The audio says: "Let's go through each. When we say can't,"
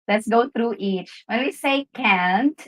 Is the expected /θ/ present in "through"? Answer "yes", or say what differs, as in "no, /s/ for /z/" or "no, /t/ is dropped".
no, /t/ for /θ/